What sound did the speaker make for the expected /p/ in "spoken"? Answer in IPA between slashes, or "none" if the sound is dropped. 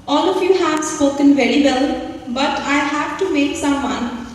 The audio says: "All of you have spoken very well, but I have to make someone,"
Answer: none